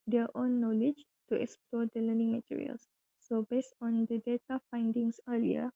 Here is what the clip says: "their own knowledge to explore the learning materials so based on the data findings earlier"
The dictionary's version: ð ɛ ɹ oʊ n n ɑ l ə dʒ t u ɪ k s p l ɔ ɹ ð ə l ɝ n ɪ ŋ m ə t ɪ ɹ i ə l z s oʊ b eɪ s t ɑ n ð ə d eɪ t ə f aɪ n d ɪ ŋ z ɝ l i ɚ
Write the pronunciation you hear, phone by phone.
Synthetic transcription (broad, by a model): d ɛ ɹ oʊ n n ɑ l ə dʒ t u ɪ k s p l ɔ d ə l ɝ n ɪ ŋ m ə t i ɹ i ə l s oʊ b eɪ s t ɑ n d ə d eɪ t ə f aɪ n d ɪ ŋ s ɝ l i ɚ